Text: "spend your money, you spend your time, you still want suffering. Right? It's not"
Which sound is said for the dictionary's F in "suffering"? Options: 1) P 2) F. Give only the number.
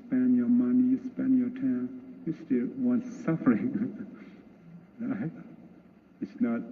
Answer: 2